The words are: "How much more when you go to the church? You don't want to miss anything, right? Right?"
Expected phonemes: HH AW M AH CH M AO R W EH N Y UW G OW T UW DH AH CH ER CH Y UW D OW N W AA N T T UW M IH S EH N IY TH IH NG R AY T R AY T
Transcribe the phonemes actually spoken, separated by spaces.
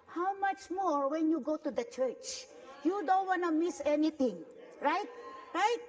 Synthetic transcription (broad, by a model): HH AW M AH CH M AO R W EH N Y UW G OW T UW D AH CH ER CH Y UW D OW N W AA N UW M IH S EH N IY T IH NG R AY T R AY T